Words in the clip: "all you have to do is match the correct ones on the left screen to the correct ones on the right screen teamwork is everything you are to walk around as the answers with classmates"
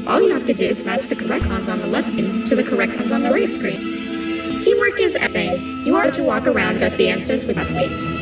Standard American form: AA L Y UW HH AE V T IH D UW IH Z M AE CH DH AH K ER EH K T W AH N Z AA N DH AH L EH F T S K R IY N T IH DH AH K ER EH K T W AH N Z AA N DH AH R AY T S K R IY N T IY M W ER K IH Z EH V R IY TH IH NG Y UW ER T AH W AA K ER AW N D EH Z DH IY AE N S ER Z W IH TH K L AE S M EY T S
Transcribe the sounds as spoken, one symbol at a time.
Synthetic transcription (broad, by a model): AA L Y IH HH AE F T IH D UW IH Z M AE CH DH AH K ER EH K T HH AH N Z N DH AH L EH F T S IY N T IH DH AH K ER EH K T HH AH N Z N DH AH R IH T S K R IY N T IY M W ER K IH Z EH R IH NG Y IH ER T AH W AA K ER AW N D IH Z DH IY AE N S ER Z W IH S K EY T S